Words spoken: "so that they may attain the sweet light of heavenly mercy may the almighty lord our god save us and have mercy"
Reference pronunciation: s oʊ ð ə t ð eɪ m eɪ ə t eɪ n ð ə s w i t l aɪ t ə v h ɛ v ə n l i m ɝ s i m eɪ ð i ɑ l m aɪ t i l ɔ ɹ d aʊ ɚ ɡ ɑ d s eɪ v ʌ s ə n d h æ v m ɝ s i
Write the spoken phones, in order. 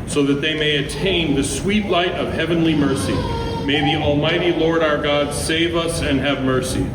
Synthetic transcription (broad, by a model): s oʊ ð ə t ð eɪ m eɪ ə t eɪ n ð ə s w i t l aɪ t ə v h ɛ v ə n l i m ɝ s i m eɪ ð i ɑ l m aɪ t i l ɔ ɹ d aʊ ɚ ɡ ɑ d s eɪ v ʌ s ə n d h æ v m ɝ s i